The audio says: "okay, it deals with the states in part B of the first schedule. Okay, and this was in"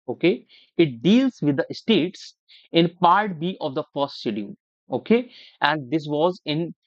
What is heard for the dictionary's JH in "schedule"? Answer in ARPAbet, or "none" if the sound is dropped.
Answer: none